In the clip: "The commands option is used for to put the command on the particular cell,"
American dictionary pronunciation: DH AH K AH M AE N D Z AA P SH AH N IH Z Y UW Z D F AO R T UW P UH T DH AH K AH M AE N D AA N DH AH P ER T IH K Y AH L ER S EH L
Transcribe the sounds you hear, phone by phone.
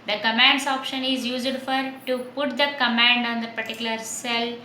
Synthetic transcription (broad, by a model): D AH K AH M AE N D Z AA P SH AH N IH Z Y UW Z D F AO R T UW P UH T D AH K AH M AE N D AA N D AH P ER T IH K Y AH L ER S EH L